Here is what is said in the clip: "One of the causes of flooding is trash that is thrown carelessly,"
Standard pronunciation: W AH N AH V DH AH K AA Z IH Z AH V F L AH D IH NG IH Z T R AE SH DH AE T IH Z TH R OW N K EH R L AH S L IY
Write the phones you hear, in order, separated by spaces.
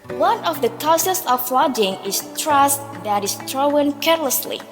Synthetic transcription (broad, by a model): W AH N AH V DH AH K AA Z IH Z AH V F L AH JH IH NG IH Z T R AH S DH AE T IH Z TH R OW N K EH R L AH S L IY